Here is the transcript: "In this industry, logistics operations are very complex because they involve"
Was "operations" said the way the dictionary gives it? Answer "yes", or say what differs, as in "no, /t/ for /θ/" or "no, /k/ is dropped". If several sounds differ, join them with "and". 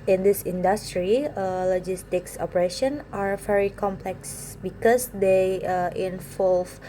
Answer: no, /z/ is dropped